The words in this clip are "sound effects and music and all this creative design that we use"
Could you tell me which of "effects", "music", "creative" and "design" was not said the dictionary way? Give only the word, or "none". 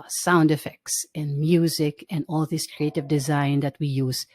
none